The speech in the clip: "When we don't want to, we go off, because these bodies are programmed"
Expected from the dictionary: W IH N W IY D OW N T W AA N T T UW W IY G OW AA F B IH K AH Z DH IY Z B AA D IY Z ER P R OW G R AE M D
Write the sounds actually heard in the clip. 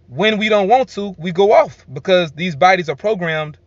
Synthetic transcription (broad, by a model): W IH N W IY D OW N T W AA N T T UW W IY G OW AA F B IH K AH Z DH IY Z B AA D IY Z ER P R OW G R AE M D